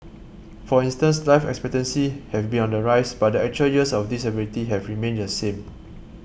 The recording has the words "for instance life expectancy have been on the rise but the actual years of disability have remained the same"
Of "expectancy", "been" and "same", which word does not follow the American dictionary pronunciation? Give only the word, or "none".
none